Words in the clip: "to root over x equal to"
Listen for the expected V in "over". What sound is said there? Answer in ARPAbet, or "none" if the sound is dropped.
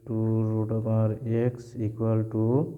P